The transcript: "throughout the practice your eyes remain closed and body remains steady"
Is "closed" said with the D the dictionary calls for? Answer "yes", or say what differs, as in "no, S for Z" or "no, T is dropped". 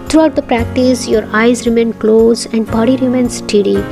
no, D is dropped